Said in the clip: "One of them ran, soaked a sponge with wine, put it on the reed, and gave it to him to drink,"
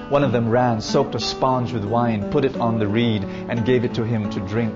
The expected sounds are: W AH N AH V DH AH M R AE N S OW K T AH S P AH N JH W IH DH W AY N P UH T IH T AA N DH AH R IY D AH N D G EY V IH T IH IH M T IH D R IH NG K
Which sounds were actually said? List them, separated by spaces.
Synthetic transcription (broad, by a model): W AH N AH V DH AH M R AE N S OW K T AH S P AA N JH W IH DH W AY N P UH T IH T N DH AH R IY D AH N G EY V IH T IH IH M T IH D R IH NG K